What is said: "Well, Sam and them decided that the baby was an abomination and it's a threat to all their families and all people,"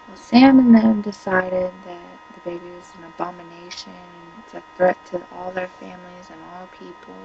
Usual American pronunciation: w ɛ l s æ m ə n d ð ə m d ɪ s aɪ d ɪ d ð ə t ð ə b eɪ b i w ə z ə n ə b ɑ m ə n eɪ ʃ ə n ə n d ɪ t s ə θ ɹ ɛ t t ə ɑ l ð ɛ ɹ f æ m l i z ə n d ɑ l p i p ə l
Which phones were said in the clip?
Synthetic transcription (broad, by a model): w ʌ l s æ m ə n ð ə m d ɪ s aɪ d ɪ d ð ə t ð ə b eɪ b i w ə z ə n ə b ɑ m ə n eɪ ə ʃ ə n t ə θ ɹ ɛ t t ɑ l ð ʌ ɹ f æ m l i z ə n ɑ l p i p l